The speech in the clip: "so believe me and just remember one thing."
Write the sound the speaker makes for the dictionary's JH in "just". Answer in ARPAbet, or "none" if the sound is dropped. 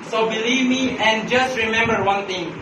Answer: JH